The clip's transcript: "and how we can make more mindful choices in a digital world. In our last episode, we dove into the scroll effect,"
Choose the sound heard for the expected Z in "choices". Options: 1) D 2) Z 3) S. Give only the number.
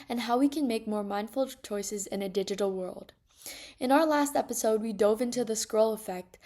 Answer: 2